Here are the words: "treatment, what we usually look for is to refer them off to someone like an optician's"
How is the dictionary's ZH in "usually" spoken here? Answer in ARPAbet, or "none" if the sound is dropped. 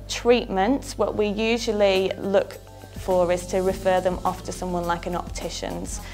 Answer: ZH